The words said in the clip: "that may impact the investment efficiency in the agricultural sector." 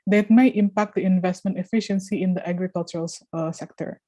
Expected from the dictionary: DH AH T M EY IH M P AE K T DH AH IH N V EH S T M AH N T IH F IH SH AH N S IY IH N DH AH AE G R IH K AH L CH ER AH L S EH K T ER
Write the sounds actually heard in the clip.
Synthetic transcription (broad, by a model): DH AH T M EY IH M P AE K T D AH IH N V EH S T M AH N T IH F IH SH AH N S IY IH N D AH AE G R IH K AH L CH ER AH L S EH K T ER